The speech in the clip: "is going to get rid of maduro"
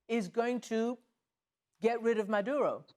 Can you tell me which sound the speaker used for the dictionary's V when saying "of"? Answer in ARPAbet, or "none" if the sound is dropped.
V